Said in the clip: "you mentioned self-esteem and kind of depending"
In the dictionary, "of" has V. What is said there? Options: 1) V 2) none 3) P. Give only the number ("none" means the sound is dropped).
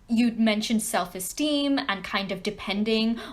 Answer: 1